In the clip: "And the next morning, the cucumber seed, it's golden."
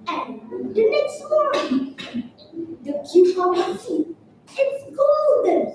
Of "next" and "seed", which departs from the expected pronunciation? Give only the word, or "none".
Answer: seed